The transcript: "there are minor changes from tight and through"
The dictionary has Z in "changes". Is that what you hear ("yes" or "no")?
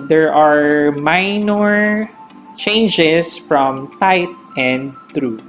no